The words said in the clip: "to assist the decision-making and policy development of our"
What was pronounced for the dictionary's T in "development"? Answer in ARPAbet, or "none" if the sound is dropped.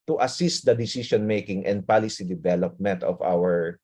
T